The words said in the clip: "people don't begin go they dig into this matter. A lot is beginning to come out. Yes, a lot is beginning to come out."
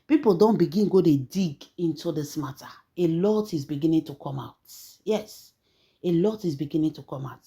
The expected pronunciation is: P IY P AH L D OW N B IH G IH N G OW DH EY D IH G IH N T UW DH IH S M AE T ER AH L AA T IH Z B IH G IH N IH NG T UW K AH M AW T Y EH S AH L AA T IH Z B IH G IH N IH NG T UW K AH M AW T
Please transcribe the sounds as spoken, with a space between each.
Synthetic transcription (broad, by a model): P IY P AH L D OW N B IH G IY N G OW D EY D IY G IH N T UW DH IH S M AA T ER AH L AA T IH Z B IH G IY N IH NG T UW K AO M AW T Y EH S AH L AA T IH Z B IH G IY N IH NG T UW K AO M AW T